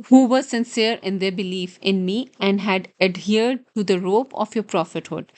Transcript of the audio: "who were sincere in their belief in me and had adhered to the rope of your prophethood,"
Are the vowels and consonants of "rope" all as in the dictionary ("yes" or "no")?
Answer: yes